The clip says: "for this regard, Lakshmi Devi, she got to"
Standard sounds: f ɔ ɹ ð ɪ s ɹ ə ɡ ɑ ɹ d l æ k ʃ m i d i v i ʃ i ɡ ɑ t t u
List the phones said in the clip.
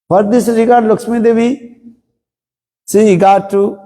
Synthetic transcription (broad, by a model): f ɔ ɹ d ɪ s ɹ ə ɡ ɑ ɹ d l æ k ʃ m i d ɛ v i s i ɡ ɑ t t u